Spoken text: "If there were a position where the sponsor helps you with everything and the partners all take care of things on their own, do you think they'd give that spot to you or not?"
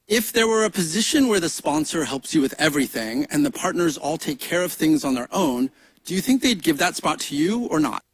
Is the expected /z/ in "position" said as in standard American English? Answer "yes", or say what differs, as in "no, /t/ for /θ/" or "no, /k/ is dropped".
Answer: yes